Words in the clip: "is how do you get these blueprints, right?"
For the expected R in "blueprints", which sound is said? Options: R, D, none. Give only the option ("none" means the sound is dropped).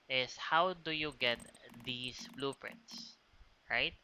R